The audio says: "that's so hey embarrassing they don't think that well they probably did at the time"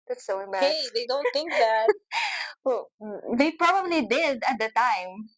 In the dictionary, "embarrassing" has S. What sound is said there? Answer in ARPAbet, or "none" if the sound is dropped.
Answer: none